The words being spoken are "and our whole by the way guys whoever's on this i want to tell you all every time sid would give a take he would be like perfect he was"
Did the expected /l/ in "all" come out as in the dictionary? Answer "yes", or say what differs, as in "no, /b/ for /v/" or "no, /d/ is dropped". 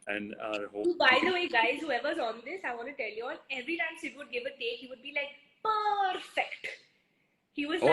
no, /n/ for /l/